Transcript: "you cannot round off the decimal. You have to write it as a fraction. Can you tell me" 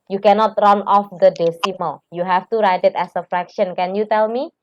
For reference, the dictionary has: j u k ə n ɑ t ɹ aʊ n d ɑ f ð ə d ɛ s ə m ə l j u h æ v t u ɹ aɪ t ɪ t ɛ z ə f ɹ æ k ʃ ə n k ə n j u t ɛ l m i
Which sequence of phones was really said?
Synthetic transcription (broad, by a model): j u k ə n ɑ t ɹ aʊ n ɑ f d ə d ɛ s ə m ə l j u h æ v t u ɹ aɪ t ɪ t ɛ s ə f ɹ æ k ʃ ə n k ə n j u t ɛ l m i